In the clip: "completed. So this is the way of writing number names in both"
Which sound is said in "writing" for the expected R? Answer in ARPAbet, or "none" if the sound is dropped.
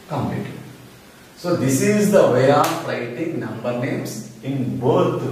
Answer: L